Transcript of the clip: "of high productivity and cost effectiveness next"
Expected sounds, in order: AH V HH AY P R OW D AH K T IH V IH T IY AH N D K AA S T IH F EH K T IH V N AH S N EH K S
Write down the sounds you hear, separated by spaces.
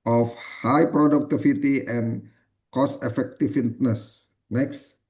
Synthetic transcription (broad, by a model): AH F HH AY P R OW D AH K T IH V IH T IY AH N K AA S IH F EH K T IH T N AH S N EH K S